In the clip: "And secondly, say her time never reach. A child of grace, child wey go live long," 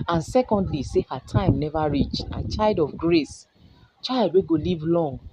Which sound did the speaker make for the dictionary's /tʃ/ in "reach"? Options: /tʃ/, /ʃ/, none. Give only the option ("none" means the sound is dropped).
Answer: /tʃ/